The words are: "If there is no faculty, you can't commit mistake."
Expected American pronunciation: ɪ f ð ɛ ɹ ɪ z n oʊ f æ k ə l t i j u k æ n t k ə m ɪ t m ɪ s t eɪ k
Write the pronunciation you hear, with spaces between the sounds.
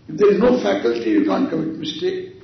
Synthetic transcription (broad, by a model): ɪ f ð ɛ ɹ ɪ z n oʊ f æ k ə l t i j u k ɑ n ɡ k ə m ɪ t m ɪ s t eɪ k